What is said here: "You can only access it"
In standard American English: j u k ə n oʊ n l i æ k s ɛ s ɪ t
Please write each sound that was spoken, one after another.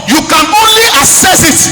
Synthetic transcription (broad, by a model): j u k ə n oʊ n l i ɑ s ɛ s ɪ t